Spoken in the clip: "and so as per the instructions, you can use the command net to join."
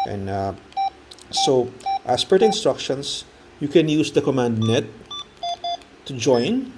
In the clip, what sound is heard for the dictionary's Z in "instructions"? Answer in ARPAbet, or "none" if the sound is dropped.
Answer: S